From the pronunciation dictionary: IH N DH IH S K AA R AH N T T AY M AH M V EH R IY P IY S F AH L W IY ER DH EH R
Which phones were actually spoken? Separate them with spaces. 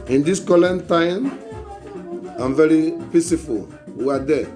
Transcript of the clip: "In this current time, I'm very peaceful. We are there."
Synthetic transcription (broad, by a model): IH N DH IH S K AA L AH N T T AY M AH M V EH R IY P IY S F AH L W IY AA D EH